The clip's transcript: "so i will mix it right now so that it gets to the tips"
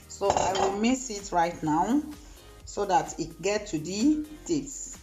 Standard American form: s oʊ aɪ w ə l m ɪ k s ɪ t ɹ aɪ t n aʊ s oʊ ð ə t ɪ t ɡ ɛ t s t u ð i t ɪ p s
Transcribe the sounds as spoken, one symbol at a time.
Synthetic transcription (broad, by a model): s oʊ aɪ w ə l m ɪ s ɪ t ɹ aɪ t n aʊ s oʊ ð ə t ɪ t ɡ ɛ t t u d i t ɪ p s